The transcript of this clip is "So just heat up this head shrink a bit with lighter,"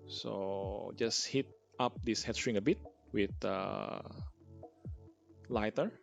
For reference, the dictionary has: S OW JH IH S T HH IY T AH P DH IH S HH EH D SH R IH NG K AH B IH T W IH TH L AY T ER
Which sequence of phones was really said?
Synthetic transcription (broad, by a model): S OW JH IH S HH IY T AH P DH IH S HH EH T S R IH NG AH B IH T W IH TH L AY T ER